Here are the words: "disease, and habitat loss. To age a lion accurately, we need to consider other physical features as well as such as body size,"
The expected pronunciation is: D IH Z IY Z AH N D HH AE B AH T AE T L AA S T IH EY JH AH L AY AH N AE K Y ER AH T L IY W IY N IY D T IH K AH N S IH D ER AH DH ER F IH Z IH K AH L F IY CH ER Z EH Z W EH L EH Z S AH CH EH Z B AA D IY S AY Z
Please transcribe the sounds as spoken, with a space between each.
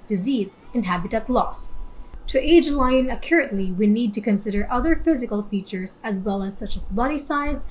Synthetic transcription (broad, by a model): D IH Z IY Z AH N HH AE B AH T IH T L AA S T IH EY JH L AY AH N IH K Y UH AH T L IY W IY N IY D T IH K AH N S IH D ER AH DH ER F IH Z IH K AH L F IY CH ER Z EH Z W EH L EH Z S AH CH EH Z B AA D IY S AY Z